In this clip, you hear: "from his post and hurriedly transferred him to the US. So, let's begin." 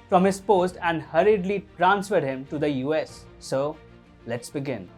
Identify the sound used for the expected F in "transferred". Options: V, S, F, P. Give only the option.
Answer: F